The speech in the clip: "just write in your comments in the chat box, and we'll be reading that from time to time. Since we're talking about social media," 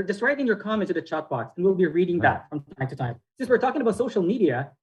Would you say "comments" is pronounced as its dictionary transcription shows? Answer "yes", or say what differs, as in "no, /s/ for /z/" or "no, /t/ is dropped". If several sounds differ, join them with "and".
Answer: no, /s/ is dropped